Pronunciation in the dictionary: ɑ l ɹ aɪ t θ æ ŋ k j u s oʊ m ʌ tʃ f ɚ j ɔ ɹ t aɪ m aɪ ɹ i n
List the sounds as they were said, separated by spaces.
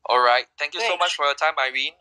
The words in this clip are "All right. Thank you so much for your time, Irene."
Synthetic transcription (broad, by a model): ɑ l ɹ aɪ t t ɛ ŋ k j u s oʊ m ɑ tʃ f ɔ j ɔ t aɪ m aɪ ɹ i n